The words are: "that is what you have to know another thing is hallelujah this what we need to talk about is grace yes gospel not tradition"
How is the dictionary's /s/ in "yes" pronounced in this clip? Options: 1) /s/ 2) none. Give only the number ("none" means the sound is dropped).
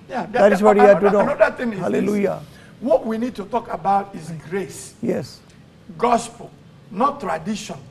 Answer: 1